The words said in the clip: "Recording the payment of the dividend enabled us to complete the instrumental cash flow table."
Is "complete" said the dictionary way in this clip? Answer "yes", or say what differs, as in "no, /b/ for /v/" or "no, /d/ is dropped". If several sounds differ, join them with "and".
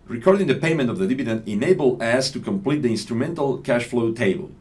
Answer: yes